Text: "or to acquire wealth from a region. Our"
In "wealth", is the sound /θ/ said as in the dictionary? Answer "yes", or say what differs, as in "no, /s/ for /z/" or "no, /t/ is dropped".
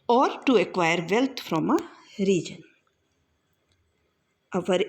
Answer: no, /t/ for /θ/